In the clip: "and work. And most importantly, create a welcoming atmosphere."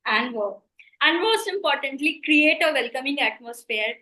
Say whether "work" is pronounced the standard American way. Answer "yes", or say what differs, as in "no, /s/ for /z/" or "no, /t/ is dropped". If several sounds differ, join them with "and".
no, /k/ is dropped